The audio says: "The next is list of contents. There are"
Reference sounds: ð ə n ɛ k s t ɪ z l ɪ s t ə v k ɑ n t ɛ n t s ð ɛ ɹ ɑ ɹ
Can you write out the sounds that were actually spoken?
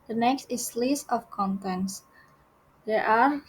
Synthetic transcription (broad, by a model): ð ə n ɛ k s t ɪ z l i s ə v k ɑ n t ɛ n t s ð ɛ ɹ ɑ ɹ